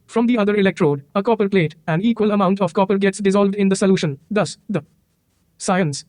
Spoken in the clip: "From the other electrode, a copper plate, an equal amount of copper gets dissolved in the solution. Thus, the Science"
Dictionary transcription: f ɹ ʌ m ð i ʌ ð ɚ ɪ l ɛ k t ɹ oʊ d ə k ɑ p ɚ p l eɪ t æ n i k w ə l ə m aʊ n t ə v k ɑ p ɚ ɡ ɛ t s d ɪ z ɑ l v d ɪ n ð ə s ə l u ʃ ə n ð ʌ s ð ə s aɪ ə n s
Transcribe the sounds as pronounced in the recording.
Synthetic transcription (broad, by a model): f ɹ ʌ m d i ʌ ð ɚ ɪ l ɛ k t ɹ oʊ d ə k ɑ p ɚ p l eɪ t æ n i k w ə l ə m aʊ n t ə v k ɑ p ɚ ɡ ɛ t s d ɪ z ɑ l v d ɪ n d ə s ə l u ʃ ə n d ʌ s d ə s aɪ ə n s